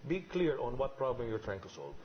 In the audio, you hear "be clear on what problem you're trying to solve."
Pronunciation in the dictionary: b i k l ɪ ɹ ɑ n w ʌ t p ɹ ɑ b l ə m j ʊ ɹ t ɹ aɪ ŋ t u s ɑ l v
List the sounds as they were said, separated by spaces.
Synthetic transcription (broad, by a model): b i k l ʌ ɹ ɑ n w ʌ t p ɹ ɑ b l ə m j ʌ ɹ t ɹ aɪ ŋ t u s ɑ l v